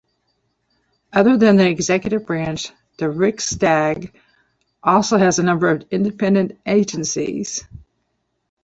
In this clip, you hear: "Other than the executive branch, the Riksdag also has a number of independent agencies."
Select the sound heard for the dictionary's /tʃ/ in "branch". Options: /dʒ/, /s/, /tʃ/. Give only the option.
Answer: /tʃ/